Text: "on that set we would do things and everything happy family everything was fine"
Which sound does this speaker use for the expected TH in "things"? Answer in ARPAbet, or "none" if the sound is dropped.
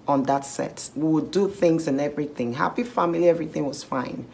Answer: TH